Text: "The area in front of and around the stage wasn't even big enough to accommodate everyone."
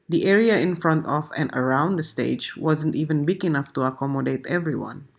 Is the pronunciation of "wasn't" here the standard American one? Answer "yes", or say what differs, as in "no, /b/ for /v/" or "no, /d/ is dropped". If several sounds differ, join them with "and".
yes